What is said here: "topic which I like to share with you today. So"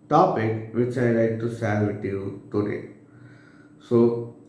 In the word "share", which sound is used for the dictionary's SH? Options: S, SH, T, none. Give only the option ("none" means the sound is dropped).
S